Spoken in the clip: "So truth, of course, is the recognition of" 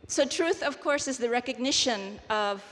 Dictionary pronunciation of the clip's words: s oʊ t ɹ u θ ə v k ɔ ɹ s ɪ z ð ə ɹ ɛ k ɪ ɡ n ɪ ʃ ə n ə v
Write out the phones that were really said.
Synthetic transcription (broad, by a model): s oʊ t ɹ u θ ə v k ɔ ɹ s ɪ z ð ə ɹ ɛ k ɪ ɡ n ɪ ʃ ə n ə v